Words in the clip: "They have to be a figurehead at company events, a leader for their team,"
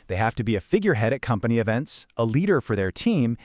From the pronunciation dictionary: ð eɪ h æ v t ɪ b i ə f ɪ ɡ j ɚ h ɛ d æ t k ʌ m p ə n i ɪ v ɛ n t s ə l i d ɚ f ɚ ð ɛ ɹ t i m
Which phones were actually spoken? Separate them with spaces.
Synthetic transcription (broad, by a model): ð eɪ h æ f t ɪ b i ə f ɪ ɡ j ɚ h ɛ d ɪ t k ʌ m p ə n i ɪ v ɛ n t s ə l i d ɚ f ɚ ð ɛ ɹ t i m